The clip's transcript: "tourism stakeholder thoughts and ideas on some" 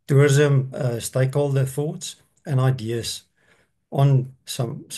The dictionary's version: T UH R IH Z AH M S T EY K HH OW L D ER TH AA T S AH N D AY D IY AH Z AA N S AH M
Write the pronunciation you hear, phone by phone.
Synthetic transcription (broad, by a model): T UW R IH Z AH M S T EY K HH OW L D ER TH AA T S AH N AY D IY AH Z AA N S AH M